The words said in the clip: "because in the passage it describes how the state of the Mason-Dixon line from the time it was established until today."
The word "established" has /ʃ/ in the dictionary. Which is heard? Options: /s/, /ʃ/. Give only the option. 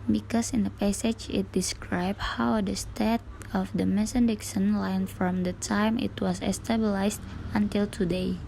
/s/